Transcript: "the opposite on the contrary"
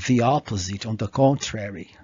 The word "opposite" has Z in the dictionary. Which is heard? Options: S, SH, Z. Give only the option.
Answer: Z